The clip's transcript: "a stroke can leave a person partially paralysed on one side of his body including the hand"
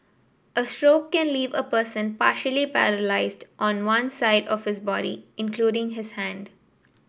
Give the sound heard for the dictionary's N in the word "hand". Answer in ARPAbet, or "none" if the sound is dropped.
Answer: N